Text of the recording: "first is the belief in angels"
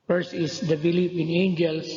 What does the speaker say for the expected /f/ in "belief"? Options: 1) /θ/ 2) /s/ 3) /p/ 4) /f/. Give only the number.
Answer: 3